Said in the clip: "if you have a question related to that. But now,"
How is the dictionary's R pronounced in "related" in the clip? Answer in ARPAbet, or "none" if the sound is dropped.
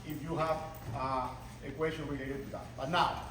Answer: W